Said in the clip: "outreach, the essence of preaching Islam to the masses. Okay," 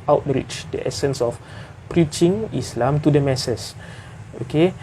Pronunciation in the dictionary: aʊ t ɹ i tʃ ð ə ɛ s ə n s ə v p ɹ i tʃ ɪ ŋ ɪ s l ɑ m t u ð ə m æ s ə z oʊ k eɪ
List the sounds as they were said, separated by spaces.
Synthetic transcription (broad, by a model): aʊ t ɹ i tʃ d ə ɛ s ə n s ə f p ɹ i tʃ ɪ ŋ ɪ s l ɑ m t u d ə m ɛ s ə s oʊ k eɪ